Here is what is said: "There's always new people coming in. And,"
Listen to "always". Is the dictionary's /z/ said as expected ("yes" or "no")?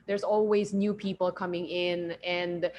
yes